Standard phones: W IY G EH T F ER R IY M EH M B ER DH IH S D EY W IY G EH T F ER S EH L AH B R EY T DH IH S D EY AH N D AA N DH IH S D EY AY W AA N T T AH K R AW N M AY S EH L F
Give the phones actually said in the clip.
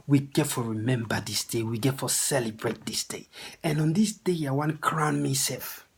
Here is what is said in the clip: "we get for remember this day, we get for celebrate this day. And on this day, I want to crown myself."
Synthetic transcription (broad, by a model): W IY G EH T F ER R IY M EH M B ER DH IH S D EY W IY G EH T F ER S EH L AH B R EY T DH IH S D EY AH N AA N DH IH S D EY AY W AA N K R AW N M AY S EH L F